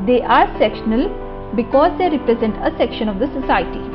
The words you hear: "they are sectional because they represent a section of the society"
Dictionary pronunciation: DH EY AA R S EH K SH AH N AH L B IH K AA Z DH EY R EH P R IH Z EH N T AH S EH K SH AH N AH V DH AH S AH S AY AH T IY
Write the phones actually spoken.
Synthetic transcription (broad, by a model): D EY AA R S EH K SH AH N AH L B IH K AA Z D EY R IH P R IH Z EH N T AH S EH K SH AH N AH V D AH S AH S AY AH T IY